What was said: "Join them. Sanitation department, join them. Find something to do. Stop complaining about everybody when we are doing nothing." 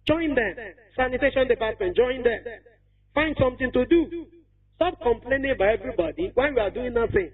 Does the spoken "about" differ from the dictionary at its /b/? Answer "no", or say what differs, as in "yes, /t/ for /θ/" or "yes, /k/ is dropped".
yes, /b/ is dropped